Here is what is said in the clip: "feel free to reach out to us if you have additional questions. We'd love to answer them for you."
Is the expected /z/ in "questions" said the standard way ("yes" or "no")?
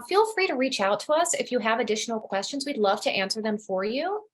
yes